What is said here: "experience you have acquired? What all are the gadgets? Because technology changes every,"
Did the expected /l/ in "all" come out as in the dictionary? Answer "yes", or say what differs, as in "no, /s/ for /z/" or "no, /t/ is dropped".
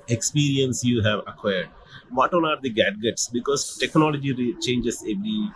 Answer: no, /n/ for /l/